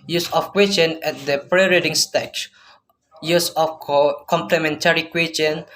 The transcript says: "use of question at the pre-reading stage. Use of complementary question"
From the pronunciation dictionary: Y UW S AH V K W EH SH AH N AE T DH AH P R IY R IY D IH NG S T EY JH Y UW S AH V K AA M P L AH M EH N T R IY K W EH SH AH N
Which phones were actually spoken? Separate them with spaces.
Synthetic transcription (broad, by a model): Y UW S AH F K W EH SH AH N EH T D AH P R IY R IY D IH NG S T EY CH Y UW S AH F K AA M P L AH M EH N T R IY K W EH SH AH N